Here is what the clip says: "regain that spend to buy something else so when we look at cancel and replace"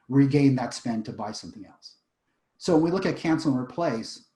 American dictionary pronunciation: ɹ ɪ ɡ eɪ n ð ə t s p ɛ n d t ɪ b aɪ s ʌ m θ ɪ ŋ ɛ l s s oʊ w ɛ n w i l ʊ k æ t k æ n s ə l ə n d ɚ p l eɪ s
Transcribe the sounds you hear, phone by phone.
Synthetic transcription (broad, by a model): ɹ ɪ ɡ eɪ n ð ə t s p ɛ n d t ɪ b aɪ s ʌ m θ ɪ ŋ ɛ l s s oʊ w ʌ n w i l ʊ k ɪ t k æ n s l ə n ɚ p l eɪ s